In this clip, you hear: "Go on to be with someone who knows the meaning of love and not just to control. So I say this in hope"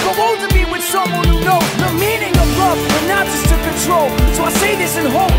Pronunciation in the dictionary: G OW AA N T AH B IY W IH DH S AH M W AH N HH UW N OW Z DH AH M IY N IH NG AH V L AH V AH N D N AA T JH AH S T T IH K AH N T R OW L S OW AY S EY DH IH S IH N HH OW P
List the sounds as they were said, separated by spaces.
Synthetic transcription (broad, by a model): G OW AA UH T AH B IY W IH DH S AH M W AH N HH UW N OW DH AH M IY N IH NG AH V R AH F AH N N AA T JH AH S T T IH K AH N T R OW L S OW AY S EY DH IH S IH N HH OW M